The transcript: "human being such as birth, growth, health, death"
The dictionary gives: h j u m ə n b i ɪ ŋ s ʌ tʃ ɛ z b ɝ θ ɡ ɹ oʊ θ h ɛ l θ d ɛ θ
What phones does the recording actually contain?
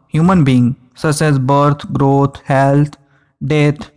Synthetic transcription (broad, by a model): h j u m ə n b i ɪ ŋ s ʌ s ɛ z b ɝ t ɡ ɹ oʊ t h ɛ l t d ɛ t